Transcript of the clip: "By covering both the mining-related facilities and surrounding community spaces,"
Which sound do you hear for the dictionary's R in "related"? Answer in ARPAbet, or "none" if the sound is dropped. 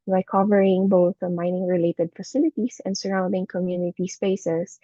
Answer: R